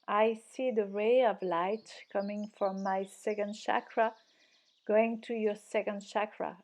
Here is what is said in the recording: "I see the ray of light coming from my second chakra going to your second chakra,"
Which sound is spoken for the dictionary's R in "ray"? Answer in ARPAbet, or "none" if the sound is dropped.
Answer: R